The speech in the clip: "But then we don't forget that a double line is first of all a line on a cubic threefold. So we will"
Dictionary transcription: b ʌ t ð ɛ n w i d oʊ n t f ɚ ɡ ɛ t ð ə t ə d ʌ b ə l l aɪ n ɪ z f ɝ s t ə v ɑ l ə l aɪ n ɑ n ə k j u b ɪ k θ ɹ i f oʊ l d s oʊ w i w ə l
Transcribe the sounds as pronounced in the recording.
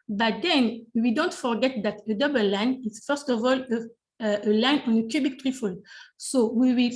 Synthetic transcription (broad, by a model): b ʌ t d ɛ n w i d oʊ n t f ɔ ɡ ɛ t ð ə t ə d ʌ b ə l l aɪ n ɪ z f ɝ s t ə v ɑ l ə l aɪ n ɑ n ə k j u b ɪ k t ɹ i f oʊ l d s oʊ w i w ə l